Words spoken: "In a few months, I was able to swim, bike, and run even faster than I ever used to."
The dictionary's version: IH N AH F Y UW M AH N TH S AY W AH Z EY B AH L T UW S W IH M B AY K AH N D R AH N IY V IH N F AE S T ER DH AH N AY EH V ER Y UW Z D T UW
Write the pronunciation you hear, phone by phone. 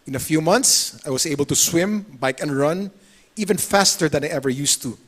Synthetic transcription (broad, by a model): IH N AH F Y UW M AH N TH S AY W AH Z EY B AH L T UW S W IH M B AY K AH N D R AH N IY V IH N F AE S T ER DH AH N AY EH V ER Y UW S T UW